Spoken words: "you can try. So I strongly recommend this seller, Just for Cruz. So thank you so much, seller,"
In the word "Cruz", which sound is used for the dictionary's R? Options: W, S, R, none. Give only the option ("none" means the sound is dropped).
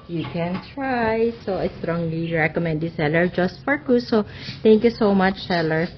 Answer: none